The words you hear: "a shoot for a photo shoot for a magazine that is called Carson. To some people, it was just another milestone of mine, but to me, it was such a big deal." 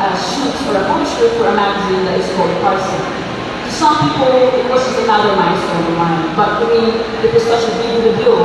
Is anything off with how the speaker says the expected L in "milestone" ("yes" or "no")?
yes